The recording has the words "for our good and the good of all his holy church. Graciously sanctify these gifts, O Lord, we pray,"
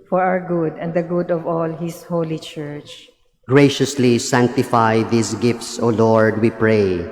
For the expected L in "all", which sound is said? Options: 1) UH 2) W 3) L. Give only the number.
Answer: 3